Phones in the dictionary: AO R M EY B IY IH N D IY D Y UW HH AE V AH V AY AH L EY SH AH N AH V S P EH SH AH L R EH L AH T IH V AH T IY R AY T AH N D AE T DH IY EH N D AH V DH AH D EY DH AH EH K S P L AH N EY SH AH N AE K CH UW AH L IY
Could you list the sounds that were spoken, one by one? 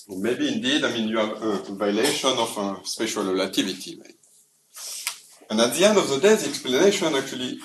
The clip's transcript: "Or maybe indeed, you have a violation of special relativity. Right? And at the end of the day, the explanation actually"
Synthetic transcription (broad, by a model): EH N M EY B IY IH N D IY D Y UW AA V AH V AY L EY SH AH N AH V S P EH SH AH L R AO L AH T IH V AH T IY W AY AH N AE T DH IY EH N D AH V DH AH D EY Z EH K S P L AH N EY SH AH N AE K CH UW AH L IY